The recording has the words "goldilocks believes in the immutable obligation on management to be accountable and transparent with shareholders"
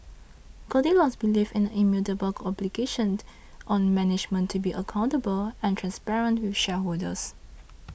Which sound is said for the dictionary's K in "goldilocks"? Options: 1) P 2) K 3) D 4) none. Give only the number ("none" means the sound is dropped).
4